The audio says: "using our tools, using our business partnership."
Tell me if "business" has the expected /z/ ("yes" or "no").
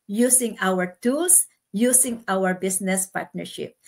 no